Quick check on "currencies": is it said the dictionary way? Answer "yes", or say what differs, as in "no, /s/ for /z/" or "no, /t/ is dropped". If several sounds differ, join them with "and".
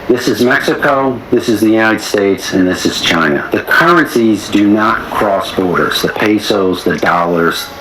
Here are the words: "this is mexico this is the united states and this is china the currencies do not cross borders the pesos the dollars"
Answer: yes